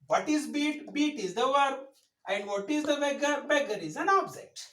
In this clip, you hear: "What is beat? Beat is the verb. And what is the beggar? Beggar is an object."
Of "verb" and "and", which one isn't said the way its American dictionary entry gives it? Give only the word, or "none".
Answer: verb